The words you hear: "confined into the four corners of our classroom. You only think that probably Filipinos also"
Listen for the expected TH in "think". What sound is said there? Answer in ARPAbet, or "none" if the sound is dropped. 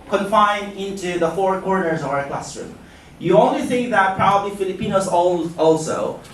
S